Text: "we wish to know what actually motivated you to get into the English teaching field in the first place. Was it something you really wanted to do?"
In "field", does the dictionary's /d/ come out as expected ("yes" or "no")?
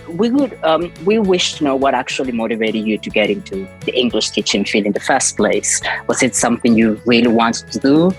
no